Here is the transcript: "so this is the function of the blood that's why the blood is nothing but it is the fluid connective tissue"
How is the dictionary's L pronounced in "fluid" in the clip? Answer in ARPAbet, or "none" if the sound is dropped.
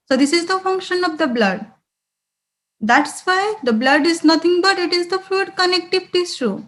none